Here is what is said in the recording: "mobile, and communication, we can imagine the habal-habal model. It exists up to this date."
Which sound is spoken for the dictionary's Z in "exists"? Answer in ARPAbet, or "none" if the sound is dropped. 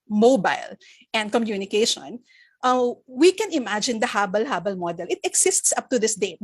S